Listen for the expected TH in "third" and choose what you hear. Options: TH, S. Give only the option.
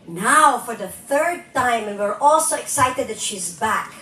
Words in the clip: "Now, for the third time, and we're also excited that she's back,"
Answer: TH